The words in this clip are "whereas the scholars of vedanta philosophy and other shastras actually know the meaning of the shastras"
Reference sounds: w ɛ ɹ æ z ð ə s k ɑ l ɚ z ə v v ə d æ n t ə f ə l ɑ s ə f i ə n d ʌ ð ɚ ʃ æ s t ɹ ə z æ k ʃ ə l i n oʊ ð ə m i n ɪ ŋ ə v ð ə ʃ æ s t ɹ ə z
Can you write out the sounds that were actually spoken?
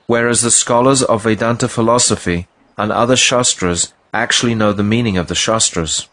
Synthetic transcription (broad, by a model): w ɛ ɹ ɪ z ð ə s k ɑ l ɚ z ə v v ə d æ n t ə f ə l ɑ s ə f i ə n ʌ ð ɚ ʃ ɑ s t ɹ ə z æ k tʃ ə l i n oʊ ð ə m i n ɪ ŋ ə v ð ə ʃ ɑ s t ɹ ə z